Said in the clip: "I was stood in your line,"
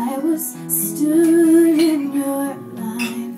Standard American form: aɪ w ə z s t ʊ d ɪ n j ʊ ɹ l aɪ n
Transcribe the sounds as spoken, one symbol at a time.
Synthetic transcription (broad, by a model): aɪ w ə z s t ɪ ɪ n j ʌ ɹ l aɪ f